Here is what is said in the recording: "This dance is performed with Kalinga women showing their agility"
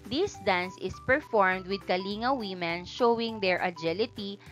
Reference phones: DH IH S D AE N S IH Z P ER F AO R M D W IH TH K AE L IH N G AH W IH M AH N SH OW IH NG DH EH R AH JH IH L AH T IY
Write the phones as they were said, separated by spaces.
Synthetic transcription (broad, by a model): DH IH S D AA N S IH S P ER F AO R M D W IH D K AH L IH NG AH W IH M AH N SH OW IH NG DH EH R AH JH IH L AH T IY